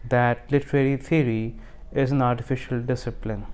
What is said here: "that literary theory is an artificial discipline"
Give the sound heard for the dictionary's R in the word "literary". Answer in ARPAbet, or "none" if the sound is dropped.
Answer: R